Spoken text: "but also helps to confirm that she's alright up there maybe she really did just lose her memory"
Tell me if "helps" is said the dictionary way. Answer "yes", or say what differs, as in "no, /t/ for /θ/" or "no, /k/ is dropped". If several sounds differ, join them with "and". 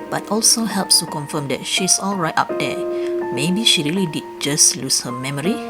yes